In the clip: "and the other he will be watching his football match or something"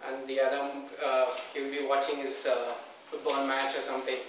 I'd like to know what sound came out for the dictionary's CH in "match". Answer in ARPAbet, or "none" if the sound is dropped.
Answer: CH